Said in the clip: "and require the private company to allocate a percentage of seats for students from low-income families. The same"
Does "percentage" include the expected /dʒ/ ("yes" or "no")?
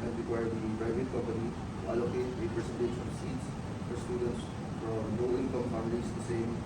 no